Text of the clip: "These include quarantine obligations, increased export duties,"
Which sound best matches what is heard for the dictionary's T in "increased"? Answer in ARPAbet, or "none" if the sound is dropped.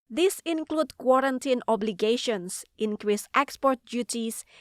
T